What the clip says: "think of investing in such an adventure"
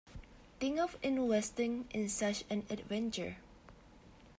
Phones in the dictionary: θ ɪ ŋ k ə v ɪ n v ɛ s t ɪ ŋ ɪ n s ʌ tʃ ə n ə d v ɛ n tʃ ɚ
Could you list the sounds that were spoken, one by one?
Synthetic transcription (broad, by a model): t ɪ ŋ ə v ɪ n w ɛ s t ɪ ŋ ɪ n s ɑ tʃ ə n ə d v ɛ n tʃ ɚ